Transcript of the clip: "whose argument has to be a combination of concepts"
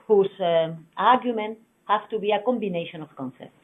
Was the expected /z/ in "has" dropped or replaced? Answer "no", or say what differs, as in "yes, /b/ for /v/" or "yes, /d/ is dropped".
yes, /s/ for /z/